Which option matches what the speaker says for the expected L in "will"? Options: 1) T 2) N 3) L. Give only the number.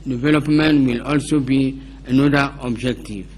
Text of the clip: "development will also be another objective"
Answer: 3